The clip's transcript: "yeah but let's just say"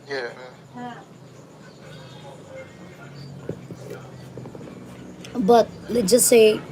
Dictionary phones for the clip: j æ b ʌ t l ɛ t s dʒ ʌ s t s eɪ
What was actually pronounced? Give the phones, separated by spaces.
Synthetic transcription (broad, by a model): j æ b ʌ t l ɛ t dʒ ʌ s s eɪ